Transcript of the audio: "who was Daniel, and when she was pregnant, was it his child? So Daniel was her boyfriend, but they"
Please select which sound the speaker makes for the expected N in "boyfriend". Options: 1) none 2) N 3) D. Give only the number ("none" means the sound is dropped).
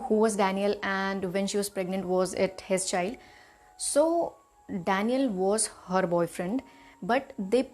2